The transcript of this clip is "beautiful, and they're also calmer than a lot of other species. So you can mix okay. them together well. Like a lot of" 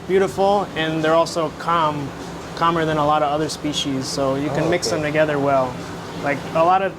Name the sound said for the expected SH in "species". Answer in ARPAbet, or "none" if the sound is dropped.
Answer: SH